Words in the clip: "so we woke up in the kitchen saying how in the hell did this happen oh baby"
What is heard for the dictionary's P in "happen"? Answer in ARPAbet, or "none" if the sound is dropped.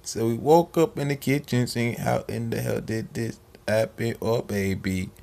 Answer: B